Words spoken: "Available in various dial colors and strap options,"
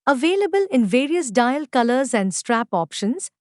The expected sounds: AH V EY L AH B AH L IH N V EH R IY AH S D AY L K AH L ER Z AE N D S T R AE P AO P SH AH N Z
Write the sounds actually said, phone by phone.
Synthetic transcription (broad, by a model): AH V EY L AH B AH L IH N V EH R IY AH S D AY L K AH L ER Z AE N D S T R AE P AO P SH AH N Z